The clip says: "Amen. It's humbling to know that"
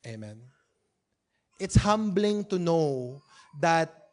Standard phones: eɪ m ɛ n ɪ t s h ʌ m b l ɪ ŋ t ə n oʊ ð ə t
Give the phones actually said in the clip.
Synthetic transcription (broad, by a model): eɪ m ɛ n ɪ t s h ʌ m b l ɪ ŋ t ə n oʊ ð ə t